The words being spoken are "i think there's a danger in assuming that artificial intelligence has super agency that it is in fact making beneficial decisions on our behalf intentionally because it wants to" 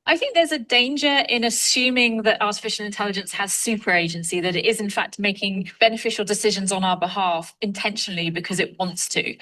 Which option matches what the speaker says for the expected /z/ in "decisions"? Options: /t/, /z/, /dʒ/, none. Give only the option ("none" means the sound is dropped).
/z/